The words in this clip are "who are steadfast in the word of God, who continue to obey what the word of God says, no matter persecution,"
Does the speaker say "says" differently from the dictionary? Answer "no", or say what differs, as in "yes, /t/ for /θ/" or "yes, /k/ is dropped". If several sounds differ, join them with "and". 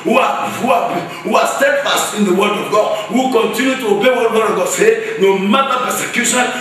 yes, /z/ is dropped